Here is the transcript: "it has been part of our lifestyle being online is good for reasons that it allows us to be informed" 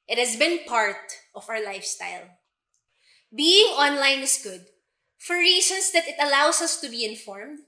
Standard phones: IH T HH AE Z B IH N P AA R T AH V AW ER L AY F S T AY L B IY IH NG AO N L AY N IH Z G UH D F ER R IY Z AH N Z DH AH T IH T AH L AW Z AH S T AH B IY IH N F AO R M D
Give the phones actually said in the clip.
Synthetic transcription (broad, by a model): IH T HH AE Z B IH N P AA R T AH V AW ER L AY F S T AY L B IY IH NG AO N L AY N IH S G UH D F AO R IY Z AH N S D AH T IH T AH L AW S AH S T AH B IY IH N F AO R M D